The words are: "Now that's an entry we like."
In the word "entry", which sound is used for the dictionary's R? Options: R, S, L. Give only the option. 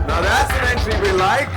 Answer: L